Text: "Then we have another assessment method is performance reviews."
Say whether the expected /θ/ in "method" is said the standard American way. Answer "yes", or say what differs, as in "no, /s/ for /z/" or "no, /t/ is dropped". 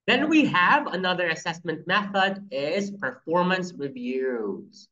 yes